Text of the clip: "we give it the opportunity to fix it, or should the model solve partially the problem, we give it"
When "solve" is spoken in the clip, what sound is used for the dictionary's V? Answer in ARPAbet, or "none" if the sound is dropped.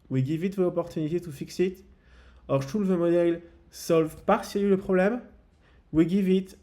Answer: V